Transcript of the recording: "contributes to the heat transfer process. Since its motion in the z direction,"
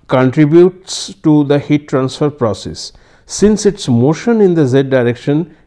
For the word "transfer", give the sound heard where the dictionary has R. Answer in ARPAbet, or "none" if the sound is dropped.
R